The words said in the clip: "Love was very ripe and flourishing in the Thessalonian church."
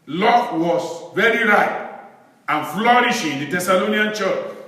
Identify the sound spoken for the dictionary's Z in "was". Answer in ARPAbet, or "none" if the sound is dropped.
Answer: S